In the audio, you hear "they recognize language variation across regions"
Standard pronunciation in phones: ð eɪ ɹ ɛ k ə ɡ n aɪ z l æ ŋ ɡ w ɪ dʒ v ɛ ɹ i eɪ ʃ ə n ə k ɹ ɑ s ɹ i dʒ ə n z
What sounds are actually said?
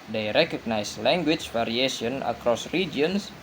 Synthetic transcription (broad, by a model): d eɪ ɹ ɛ k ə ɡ n aɪ s l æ ŋ ɡ w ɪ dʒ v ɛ ɹ i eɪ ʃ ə n ə k ɹ ɑ s ɹ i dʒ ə n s